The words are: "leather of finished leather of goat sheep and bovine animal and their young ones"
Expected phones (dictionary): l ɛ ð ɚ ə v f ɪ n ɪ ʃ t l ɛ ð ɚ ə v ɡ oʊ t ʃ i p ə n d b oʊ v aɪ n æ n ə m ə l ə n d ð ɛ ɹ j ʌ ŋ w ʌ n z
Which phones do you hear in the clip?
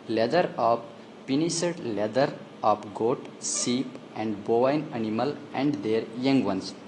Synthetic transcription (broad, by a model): l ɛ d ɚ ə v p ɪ n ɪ s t l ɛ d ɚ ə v ɡ oʊ t s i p ə n d b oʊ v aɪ n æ n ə m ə l ə n d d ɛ ɹ j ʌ ŋ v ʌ n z